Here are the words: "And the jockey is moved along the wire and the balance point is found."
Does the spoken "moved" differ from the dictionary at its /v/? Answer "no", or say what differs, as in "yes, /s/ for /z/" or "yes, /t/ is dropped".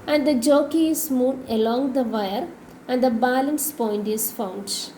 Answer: yes, /v/ is dropped